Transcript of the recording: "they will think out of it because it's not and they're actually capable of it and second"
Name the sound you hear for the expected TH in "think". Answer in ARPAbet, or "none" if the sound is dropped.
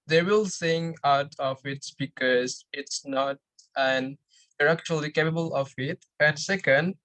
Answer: S